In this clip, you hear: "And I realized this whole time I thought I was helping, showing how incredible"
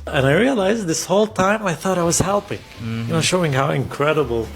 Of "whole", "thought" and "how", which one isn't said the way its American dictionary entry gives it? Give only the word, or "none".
none